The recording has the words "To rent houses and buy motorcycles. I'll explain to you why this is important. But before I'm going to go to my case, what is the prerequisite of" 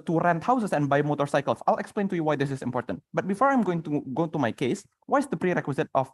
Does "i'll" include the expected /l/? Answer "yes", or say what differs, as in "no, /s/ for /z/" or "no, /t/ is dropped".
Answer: yes